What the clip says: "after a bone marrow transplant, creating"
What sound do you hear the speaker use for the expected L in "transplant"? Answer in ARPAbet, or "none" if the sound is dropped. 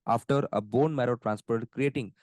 none